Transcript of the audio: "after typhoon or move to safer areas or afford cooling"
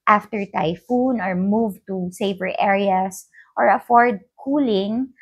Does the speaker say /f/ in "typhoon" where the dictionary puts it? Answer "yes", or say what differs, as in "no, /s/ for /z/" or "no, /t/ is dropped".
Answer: yes